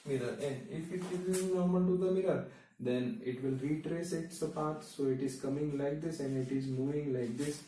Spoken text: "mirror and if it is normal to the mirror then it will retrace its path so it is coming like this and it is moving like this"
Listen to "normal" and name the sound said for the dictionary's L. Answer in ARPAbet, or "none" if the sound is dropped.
N